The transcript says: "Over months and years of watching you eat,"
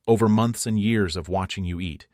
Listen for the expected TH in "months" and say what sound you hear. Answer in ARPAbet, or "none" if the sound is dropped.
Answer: TH